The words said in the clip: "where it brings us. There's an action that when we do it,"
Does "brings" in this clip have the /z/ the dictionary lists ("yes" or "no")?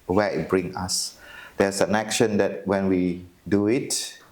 no